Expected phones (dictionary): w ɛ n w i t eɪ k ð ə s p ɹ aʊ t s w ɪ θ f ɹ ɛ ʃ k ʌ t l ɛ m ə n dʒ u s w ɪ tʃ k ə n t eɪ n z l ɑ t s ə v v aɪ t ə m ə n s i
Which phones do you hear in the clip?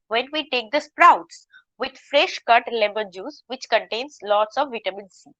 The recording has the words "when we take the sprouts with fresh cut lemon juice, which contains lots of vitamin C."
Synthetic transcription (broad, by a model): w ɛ n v i t eɪ k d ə s p ɹ aʊ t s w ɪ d f ɹ ɛ ʃ k ʌ t l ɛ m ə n dʒ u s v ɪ tʃ k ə n t eɪ n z l ɑ t s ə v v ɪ t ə m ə n s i